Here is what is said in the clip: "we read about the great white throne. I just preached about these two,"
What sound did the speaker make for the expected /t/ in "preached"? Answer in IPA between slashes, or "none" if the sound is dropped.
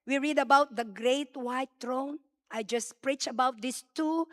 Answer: none